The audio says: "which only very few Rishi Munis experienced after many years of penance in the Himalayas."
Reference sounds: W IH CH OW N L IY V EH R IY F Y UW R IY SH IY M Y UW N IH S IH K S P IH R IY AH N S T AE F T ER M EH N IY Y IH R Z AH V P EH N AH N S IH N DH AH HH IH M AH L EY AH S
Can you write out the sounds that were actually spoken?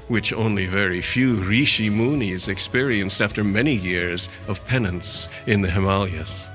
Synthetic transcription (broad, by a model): W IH CH OW N L IY V EH R IY F Y UW R IY SH IY M UW N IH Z IH K S P IH R IY AH N S T AE F T ER M EH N IY Y IH R Z AH V P EH N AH N S IH N DH AH HH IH M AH L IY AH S